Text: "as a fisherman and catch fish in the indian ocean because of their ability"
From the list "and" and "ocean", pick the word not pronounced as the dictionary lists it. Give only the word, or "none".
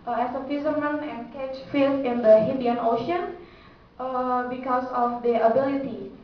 none